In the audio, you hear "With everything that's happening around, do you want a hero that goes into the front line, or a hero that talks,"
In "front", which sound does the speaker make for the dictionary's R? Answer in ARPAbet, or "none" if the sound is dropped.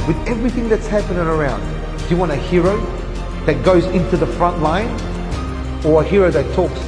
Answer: R